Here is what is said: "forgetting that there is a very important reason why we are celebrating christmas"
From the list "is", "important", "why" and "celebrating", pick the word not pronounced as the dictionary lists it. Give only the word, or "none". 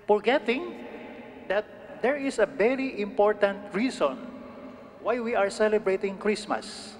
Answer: is